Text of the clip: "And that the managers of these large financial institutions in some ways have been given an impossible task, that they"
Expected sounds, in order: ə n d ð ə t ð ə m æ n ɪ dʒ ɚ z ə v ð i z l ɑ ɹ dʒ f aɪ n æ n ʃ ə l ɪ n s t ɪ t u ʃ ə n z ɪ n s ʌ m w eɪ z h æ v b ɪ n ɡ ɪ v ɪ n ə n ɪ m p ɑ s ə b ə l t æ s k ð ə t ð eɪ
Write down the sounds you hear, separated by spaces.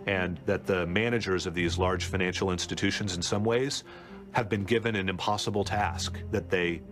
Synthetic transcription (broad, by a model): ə n ð ə t ð ə m æ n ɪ dʒ ɚ z ə v ð i z l ɑ ɹ dʒ f aɪ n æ n ʃ l ɪ n s t ɪ t u ʃ ə n z ɪ n s ʌ m w eɪ z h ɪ v b ɪ n ɡ ɪ v ɪ n ə n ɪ m p ɑ s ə b l t æ s k ð ə t ð eɪ